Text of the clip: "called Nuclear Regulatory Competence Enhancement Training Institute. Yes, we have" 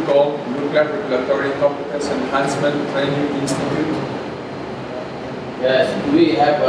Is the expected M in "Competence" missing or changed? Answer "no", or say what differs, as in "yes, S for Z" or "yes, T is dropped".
yes, M is dropped